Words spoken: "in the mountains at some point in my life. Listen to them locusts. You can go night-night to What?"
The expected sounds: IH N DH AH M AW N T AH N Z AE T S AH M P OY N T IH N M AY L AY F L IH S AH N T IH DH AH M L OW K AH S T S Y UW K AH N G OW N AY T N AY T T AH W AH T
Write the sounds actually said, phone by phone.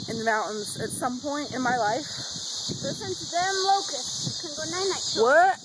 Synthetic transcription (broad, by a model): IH N DH AH M AW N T N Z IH T S AH M P OY N T IH N M AY L AY F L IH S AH N T IH DH AH M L OW K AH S S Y K AH N G OW N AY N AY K W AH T